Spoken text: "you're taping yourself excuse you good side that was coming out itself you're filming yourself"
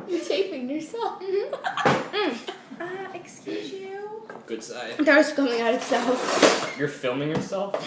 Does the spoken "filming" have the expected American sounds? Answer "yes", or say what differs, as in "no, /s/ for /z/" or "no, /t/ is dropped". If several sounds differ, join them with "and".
yes